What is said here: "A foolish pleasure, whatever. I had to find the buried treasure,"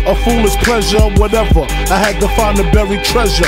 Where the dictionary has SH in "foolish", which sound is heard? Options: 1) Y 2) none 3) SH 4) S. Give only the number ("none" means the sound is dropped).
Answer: 4